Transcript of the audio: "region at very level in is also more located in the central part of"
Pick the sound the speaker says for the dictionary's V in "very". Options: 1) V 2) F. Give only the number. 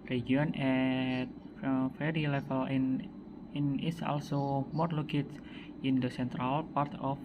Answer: 2